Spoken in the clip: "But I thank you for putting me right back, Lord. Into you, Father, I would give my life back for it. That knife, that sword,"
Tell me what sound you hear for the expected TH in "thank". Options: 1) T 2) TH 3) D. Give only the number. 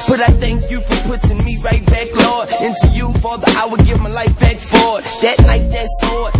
2